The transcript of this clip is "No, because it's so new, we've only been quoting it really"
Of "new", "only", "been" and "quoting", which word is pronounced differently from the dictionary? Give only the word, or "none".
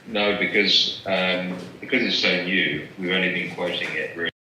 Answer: only